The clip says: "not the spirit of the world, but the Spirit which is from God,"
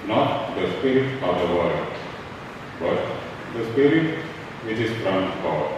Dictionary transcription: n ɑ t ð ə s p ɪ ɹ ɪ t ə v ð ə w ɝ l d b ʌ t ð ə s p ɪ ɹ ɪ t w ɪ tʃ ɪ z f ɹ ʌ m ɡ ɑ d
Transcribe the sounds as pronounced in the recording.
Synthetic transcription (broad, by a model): n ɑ t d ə s p ɪ ɹ ɪ t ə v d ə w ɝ d b ʌ t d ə s p ɪ ɹ ɪ t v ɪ tʃ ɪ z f ɹ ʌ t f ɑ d